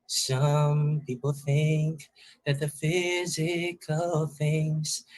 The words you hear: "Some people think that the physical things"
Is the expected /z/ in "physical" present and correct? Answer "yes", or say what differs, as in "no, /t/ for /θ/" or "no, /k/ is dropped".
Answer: yes